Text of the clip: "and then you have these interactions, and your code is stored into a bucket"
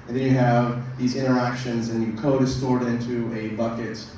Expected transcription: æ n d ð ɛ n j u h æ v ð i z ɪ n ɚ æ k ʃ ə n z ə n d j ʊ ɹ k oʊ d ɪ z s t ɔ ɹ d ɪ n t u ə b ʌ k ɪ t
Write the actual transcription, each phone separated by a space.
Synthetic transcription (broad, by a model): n ð ɛ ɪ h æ v ð i z ɪ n ɚ æ k ʃ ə n z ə n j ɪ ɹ k oʊ d ɪ z s t ɔ ɹ d ɪ n t u ə b ʌ k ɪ t